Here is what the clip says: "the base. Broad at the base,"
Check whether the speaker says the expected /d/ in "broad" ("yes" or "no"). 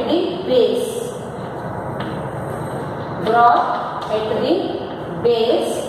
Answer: no